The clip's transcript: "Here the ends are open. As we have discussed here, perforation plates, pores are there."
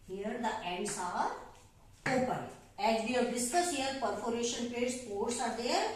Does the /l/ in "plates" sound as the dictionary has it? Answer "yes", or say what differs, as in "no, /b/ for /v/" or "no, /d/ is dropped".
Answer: no, /l/ is dropped